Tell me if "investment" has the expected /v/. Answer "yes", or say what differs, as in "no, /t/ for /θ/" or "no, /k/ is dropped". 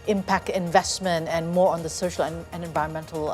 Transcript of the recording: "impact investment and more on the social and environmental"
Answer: yes